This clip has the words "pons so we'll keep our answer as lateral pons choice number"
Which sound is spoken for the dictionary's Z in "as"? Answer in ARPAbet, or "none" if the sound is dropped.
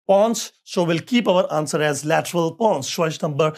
Z